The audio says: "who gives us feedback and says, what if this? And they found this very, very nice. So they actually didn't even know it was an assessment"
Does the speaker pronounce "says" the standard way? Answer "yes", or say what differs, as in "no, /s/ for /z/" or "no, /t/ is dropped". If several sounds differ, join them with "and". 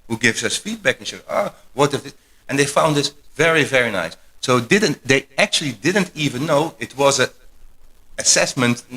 no, /z/ is dropped